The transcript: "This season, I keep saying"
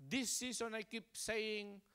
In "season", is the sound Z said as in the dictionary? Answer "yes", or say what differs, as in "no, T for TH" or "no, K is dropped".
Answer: no, S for Z